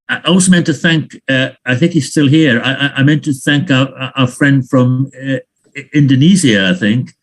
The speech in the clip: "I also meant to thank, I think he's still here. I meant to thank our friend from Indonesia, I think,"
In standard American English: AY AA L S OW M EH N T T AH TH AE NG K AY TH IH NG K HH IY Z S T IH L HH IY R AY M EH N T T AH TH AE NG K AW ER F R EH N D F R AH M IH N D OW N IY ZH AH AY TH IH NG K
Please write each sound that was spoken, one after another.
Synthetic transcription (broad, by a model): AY AA L S OW M EH N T T AH TH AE NG K AY TH IH NG K HH IY Z S T IH L HH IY R AY M EH N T T AH TH AE NG K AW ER F R EH N D F R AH M IH N D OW N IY Z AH AY TH IH NG K